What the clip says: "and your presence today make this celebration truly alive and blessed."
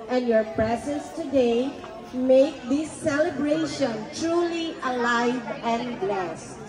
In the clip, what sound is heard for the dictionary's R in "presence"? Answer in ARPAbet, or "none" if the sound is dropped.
R